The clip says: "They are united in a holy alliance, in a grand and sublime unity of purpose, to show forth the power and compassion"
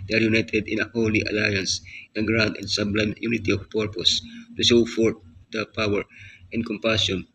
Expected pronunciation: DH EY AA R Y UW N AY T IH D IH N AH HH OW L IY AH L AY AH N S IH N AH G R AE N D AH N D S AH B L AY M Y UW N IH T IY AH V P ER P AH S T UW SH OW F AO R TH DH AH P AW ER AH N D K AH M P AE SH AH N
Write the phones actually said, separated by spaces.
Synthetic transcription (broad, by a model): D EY AA R Y UW N AY T IH D IH N AH HH OW L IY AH L AY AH N S IH N G R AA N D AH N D S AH B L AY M Y UW N IH T IY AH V P ER P AH S T UW S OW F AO R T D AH P AW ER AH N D K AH M P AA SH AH N